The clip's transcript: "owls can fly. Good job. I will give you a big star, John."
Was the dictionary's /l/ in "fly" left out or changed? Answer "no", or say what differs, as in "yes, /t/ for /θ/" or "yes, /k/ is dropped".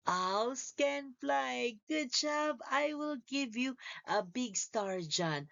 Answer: no